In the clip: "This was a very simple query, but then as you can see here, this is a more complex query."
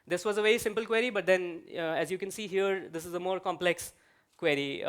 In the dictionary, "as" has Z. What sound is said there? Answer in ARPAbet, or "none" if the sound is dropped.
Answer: Z